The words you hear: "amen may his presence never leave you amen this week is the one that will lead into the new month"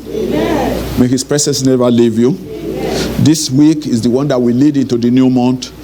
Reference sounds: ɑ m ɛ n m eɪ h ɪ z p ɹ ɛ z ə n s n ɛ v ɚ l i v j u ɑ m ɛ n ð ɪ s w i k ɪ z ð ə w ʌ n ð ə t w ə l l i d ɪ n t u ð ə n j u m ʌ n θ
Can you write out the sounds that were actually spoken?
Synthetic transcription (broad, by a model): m m eɪ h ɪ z p ɹ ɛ s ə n s n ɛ v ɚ l i v j u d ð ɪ s w i k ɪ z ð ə w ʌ n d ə t w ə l l i d ɪ n t u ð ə n j u m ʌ n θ